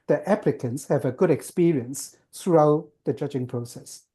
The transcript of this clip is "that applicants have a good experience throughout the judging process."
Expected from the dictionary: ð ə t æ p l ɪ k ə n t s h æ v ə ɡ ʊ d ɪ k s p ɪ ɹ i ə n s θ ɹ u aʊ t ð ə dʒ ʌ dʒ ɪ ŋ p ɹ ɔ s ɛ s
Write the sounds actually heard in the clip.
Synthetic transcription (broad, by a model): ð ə t æ p l ɪ k ə n t s h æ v ə ɡ ʊ d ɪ k s p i ɹ i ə n s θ ɹ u aʊ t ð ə dʒ ʌ dʒ ɪ ŋ p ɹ ɔ s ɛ s